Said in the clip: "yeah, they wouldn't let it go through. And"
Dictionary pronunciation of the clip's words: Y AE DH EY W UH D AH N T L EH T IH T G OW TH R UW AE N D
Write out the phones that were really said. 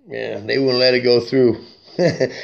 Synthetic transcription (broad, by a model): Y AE DH EY W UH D N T L EH T IH T G OW TH R UW